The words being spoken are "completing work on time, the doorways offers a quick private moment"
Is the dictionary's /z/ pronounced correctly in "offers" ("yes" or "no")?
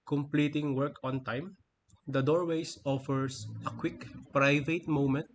no